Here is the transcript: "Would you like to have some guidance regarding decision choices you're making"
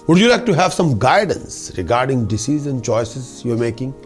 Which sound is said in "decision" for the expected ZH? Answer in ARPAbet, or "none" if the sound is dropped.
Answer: Z